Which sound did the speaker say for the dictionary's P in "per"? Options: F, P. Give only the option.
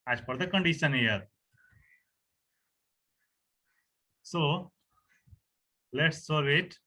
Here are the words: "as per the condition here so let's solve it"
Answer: F